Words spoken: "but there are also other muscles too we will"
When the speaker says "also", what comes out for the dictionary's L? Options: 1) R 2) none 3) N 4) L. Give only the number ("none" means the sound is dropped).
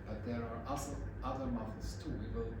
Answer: 2